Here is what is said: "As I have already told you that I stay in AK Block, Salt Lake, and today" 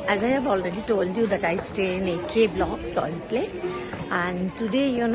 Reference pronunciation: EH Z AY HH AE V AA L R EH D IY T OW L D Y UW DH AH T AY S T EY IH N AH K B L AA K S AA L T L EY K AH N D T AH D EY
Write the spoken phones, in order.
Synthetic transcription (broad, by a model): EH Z AY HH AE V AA L R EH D IY T OW L D Y UW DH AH T AY S T EY IH N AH K B L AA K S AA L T L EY AH N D T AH D EY